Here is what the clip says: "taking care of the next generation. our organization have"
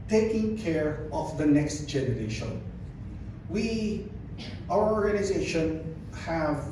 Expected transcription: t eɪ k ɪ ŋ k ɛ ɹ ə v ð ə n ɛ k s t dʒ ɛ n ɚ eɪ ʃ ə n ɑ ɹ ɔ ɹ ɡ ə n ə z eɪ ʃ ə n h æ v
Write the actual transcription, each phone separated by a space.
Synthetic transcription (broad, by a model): t eɪ k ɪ ŋ k ɛ ɹ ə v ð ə n ɛ k s t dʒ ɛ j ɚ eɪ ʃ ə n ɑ w ɔ ɹ ɡ ə n ə z eɪ ʃ ə n h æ v